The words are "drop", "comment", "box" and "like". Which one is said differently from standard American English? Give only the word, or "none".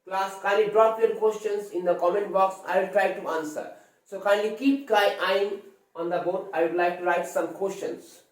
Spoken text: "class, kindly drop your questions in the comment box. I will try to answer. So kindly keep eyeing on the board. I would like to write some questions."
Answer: none